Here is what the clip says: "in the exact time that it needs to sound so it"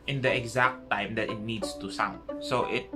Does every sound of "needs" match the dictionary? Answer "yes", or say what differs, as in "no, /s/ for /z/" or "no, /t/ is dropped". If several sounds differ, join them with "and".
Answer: no, /s/ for /z/